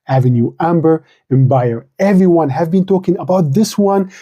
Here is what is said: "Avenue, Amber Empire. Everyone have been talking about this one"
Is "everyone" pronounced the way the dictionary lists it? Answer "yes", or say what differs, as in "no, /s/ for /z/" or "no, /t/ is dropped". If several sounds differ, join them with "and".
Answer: yes